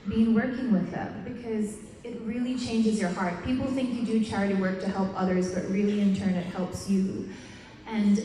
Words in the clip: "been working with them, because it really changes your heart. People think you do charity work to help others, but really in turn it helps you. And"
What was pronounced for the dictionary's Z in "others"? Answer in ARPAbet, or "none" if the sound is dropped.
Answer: Z